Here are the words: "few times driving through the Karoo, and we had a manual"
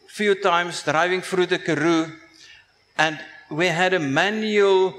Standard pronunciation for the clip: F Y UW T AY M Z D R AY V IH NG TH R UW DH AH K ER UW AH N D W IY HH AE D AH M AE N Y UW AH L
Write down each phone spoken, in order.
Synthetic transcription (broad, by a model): F Y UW T AY M S D R AY V IH NG F R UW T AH K ER UW AH N D W IY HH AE D AH M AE N Y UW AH L